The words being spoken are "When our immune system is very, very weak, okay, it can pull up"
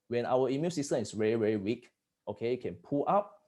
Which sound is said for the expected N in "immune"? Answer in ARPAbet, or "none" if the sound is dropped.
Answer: L